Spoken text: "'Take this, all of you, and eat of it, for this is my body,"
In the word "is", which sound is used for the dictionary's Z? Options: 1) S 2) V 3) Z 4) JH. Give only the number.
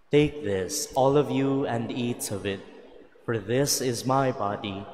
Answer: 3